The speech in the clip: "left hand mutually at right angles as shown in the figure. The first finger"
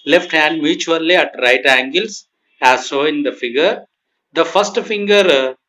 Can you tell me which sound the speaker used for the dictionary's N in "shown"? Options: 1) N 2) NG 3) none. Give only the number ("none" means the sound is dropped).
3